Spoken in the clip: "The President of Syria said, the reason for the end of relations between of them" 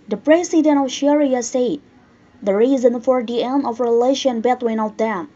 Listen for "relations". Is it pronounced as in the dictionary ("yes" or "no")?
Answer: no